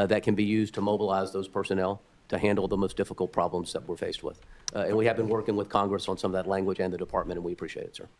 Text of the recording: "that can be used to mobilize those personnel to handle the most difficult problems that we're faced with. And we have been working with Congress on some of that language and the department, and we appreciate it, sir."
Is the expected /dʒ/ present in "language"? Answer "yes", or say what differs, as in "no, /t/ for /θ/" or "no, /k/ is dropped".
yes